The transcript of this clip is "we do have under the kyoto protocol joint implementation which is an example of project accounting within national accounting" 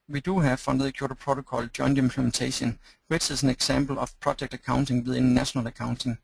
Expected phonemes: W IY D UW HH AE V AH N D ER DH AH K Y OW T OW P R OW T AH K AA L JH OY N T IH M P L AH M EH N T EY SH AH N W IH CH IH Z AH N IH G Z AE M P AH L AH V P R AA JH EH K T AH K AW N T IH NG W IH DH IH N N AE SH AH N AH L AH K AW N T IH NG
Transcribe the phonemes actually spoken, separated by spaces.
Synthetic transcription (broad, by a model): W IY D UW HH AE F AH N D DH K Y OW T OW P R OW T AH K AA L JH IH N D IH M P L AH M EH N S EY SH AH N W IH S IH S AH N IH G S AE M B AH L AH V P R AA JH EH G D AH K AW N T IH NG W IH DH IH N N AE SH AH N AH L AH K AW N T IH NG